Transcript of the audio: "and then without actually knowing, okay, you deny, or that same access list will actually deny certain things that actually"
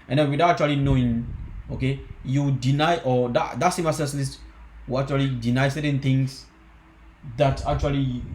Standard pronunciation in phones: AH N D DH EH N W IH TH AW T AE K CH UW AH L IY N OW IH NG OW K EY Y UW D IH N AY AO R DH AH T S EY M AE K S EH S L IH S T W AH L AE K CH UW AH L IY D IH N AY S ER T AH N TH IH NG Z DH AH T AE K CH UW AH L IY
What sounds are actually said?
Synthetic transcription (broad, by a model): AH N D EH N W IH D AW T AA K CH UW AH L IY N OW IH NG OW K EY Y UW D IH N AY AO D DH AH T S EY M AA S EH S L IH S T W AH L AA K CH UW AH L IY D IH N AY S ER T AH N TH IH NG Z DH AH T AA K CH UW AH L IY